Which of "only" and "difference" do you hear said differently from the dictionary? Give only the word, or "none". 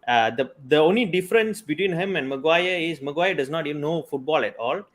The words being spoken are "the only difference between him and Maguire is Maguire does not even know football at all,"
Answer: none